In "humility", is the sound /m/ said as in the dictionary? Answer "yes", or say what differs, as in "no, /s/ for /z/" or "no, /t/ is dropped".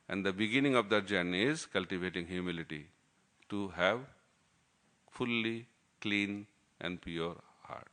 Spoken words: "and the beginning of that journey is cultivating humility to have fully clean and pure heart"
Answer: yes